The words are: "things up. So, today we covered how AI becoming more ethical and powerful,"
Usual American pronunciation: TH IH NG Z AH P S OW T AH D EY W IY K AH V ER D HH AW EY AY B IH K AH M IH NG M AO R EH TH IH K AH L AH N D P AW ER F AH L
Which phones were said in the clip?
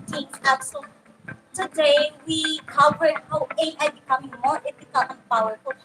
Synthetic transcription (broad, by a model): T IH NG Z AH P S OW T AH D EY W IY K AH V ER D HH AW EY AY B IH K AH M IH NG M AO R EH F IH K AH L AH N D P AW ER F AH